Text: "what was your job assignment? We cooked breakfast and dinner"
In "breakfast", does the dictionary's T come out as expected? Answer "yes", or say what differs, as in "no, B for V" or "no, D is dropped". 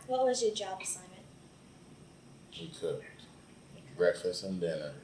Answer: no, T is dropped